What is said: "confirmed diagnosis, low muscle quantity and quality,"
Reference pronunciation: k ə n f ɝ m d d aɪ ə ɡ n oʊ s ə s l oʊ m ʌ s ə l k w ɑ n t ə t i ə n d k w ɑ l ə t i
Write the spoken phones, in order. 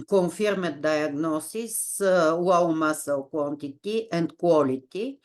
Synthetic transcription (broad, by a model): k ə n f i m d d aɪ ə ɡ n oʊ s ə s w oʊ m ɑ s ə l k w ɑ n t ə t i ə n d k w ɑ l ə t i